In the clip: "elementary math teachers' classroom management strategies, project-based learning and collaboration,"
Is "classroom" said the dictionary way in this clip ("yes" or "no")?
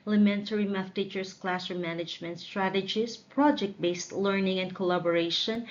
no